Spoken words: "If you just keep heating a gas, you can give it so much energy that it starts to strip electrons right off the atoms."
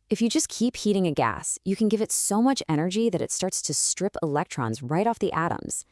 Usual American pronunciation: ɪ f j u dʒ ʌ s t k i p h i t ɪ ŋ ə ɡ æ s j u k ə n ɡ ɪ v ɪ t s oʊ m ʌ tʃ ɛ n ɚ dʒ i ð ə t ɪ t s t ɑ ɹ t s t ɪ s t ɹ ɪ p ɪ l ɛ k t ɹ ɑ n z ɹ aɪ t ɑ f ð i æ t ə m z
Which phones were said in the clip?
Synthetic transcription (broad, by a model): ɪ f j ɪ dʒ ʌ s k i p h i t ɪ ŋ ə ɡ æ s j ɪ k ə n ɡ ɪ v ɪ t s oʊ m ʌ tʃ ɛ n ɚ dʒ i ð ə t ɪ t s t ɑ ɹ t s t ɪ s t ɹ ɪ p ɪ l ɛ k t ɹ ɑ n z ɹ aɪ t ɑ f ð i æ t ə m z